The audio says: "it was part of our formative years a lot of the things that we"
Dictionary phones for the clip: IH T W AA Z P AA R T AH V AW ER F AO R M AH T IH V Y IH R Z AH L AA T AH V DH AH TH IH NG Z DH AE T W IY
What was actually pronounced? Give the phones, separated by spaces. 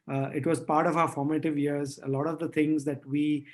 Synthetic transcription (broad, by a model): IH T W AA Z P AA R T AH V AW ER F AO R M AH T IH V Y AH R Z AH L AA T AH V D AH T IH NG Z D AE T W IY